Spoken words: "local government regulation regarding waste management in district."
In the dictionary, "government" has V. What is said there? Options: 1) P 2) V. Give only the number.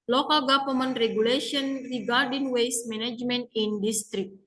1